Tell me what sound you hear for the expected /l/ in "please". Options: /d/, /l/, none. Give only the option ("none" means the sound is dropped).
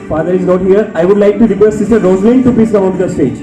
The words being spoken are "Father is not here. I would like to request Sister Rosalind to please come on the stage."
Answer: none